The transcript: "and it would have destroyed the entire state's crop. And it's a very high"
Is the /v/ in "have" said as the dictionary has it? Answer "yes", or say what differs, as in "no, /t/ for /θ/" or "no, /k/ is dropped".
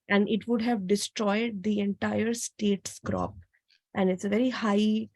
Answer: yes